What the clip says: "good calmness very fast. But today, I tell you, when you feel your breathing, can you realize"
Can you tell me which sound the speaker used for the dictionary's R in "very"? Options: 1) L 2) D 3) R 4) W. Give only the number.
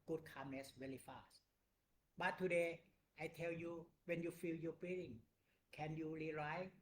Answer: 1